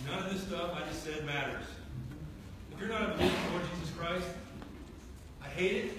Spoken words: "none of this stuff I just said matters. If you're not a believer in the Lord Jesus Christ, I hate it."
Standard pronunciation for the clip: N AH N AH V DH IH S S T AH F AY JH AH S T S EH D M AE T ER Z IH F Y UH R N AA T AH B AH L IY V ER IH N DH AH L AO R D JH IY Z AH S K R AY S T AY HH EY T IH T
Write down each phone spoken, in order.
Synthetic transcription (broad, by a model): N AH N AH V DH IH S S T AH F AY JH AH S T S EH D M AE T ER Z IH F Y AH R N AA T AH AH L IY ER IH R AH L AO R D JH IY Z AH S K R AY S T AY HH EY T IH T